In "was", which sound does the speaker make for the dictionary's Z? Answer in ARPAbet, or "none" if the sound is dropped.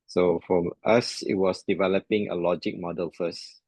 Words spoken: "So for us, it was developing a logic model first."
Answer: S